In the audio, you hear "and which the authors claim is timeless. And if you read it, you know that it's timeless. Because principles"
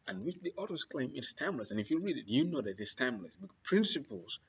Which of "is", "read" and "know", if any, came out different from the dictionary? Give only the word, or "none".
is